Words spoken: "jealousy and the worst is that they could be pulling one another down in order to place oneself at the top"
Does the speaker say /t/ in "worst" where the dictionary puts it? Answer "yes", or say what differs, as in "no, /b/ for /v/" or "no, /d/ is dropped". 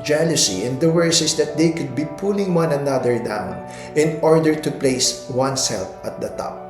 no, /t/ is dropped